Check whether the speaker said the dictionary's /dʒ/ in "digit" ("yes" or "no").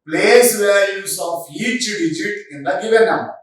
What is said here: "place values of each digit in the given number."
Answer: yes